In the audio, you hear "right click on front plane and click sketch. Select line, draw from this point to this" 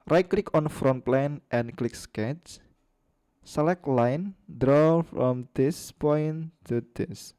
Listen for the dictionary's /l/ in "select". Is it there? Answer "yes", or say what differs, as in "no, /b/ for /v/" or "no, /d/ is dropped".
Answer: yes